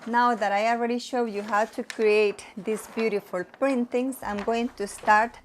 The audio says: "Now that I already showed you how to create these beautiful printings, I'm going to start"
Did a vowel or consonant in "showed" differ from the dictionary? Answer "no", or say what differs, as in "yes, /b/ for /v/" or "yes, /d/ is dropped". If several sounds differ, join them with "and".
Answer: no